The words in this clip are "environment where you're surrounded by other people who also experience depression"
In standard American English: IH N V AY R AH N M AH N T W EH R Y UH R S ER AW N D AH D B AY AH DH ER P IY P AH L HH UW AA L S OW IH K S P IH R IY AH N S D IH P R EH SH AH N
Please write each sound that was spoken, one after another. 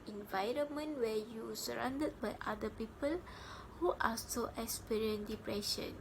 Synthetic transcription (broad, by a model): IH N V AY R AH N M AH N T W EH Y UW S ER AW N D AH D B AY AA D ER P IY P AH L HH UW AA S OW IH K S P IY R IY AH N D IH P R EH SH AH N